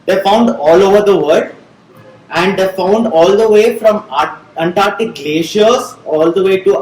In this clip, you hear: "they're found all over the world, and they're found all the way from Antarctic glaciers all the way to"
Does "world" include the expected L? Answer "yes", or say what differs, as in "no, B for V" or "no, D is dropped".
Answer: no, L is dropped